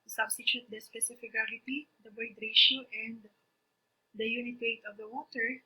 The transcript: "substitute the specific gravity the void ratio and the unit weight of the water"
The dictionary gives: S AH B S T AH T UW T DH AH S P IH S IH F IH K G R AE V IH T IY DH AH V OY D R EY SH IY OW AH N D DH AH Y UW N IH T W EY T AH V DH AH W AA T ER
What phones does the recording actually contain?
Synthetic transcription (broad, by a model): S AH B S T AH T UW T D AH S P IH S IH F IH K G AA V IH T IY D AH B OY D R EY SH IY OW AH N D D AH Y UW N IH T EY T AH V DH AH W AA T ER